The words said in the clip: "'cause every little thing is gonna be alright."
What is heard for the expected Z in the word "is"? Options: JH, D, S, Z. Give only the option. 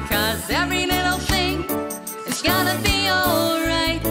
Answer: S